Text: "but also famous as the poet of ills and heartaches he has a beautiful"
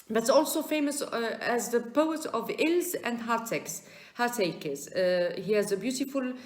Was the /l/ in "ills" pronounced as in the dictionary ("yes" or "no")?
yes